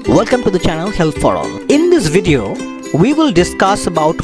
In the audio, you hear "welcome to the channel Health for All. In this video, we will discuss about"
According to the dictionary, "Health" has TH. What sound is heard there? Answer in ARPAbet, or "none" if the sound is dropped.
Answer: T